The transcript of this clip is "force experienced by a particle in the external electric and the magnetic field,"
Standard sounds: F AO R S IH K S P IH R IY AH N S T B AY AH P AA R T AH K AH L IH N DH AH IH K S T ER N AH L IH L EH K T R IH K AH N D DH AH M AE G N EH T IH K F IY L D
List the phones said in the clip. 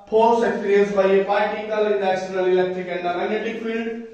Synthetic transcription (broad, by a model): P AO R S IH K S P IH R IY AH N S B AY AH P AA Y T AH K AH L IH N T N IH S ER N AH L IH L EH K T R IH K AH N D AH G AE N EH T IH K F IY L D